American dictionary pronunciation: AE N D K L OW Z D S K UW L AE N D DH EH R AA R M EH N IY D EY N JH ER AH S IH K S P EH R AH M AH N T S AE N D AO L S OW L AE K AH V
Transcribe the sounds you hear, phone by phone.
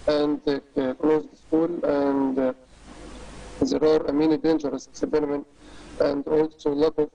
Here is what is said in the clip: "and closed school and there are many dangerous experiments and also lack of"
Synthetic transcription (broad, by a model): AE N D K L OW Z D S K UW L AE N D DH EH R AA R M EH N IY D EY N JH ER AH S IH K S B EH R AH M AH N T AE N D AO L S OW L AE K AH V